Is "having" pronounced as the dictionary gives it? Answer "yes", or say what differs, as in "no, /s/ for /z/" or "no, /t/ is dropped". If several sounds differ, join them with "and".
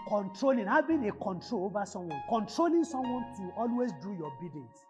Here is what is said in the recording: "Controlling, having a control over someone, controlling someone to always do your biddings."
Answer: no, /b/ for /v/